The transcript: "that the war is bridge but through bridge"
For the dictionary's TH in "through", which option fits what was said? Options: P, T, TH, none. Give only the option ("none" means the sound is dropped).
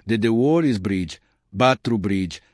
T